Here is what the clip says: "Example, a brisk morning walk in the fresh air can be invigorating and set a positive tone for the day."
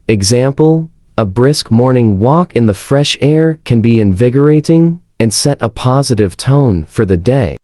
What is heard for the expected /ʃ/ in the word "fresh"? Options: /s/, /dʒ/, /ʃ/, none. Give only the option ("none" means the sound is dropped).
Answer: /ʃ/